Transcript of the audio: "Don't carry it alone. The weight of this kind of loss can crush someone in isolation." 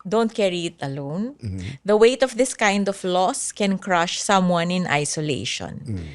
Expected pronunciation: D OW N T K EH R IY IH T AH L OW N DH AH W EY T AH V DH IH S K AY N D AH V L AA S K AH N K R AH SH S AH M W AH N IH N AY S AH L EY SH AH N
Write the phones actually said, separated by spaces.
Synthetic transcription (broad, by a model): D OW N T K EH R IY IH T AH L OW N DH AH W EY T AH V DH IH S K AY N D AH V L AA S K AH N K R AH SH S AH M W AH N IH N AY S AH L EY SH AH N